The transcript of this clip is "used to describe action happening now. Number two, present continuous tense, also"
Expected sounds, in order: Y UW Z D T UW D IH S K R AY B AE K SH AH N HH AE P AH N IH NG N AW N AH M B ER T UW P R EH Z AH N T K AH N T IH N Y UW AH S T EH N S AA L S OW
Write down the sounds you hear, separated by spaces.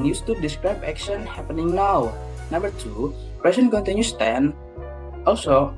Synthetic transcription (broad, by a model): Y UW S T UW D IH S K R AY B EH K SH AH N HH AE P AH N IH NG N AW N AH M B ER T UW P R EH S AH N K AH N T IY N Y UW S T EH N AA L S OW